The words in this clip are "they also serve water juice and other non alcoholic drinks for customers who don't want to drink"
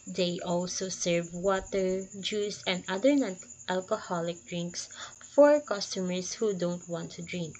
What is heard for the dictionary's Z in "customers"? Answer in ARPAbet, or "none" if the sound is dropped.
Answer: S